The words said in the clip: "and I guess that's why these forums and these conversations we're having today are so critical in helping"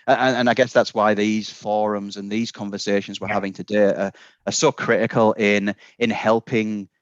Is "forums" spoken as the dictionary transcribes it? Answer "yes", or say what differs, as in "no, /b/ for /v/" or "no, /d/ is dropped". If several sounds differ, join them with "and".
yes